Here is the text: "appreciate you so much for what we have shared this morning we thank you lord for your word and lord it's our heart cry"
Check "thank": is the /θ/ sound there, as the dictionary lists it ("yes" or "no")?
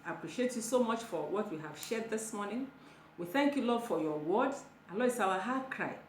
yes